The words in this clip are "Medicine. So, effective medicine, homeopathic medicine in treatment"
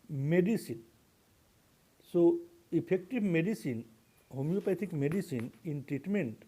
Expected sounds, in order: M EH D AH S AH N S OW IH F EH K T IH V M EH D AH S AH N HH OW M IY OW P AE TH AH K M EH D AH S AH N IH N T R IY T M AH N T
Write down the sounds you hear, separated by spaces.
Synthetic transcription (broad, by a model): M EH D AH S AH N S OW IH P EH K T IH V M EH D AH S AH N HH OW M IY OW P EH T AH K M EH D AH S AH N IH N T R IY T M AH N T